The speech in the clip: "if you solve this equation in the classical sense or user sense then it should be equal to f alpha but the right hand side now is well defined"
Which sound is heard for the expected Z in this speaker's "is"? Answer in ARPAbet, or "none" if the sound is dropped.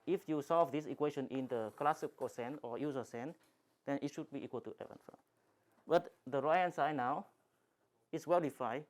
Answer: S